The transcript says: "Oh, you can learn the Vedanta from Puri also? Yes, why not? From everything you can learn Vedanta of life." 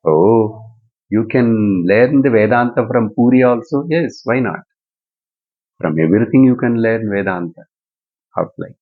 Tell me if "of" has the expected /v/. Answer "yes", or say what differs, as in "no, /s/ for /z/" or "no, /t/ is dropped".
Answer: no, /p/ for /v/